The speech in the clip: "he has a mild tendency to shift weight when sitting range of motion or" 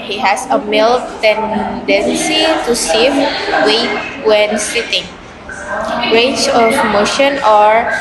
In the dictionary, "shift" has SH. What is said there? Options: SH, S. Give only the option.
S